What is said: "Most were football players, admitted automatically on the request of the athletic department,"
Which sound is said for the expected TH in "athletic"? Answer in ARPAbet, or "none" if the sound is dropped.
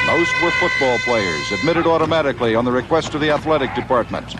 TH